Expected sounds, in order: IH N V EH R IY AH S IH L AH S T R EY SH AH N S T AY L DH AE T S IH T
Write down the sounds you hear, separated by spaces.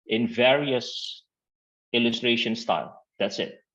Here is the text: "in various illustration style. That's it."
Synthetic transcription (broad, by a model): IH N V EH R IY AH S IH L AH S T R EY SH AH N S T AY L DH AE T S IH T